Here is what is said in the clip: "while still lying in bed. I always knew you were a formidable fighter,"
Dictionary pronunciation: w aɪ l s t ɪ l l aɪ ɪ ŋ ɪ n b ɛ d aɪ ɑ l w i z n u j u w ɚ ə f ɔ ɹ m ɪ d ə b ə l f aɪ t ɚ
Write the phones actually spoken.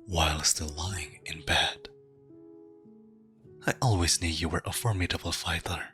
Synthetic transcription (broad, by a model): w aɪ l s t ɪ l l aɪ ɪ ŋ ɪ n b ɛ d aɪ ɑ l w i z n u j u w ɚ ə f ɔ ɹ m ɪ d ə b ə l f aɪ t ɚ